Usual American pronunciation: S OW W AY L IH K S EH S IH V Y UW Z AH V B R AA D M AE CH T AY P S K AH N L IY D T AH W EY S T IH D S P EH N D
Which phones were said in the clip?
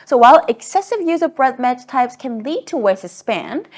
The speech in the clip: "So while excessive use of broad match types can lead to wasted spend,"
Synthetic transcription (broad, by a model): S OW W AY L IH K S EH S IH V Y UW Z AH V B R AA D M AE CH T AY P S K AH N L IY D T AH W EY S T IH S P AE N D